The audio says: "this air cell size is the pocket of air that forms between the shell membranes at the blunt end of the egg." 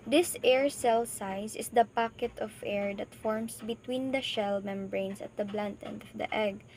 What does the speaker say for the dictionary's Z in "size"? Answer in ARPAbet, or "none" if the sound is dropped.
S